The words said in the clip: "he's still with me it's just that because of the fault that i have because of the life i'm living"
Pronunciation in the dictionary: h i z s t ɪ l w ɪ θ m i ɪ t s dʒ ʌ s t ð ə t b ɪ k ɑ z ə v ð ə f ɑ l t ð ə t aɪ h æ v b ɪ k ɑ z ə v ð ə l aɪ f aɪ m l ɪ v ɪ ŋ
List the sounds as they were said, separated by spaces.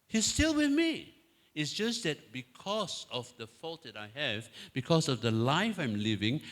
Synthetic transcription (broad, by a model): h i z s t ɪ l w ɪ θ m i ɪ t s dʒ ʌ s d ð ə t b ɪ k ɑ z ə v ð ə f ɑ l t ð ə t aɪ h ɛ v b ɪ k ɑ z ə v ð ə l aɪ f aɪ m l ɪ v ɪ ŋ